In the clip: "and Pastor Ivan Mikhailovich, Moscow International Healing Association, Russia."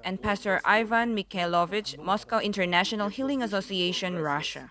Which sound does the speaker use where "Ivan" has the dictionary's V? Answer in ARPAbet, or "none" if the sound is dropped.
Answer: V